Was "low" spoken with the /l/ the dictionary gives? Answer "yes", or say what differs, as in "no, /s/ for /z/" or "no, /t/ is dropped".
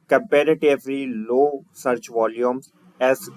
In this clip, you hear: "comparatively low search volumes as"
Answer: yes